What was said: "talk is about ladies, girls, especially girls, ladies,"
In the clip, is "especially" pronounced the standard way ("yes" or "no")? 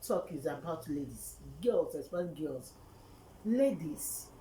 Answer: no